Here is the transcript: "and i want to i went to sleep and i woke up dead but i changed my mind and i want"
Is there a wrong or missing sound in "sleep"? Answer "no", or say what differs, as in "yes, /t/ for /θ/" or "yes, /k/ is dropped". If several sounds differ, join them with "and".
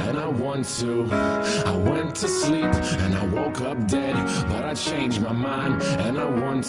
no